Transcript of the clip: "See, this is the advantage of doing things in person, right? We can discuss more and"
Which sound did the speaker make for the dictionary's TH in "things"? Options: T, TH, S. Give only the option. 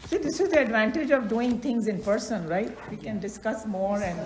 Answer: T